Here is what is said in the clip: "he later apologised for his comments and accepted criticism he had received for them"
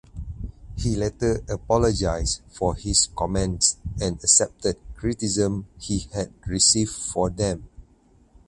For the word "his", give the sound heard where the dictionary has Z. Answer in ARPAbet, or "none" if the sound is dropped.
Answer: S